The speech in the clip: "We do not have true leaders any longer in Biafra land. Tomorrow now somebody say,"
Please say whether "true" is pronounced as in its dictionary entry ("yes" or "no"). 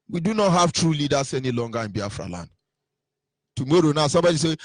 yes